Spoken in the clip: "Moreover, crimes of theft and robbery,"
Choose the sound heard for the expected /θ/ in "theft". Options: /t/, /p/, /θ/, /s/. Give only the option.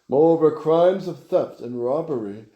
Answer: /θ/